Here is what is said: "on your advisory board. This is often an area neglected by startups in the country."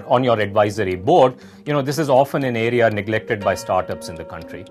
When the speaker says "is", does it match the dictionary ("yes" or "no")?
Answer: yes